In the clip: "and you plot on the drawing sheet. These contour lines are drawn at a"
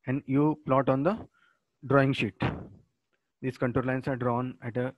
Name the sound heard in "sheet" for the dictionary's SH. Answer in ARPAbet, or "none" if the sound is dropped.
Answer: SH